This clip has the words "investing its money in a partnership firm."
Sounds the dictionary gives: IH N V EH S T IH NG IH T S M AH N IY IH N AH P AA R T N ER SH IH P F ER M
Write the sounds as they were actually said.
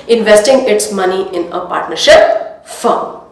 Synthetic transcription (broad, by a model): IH N V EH S T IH NG IH T S M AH N IY IH N AH P AA R T N ER SH IH P F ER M